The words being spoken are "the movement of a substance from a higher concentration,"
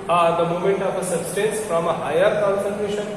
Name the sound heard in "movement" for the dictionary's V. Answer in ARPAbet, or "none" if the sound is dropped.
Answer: none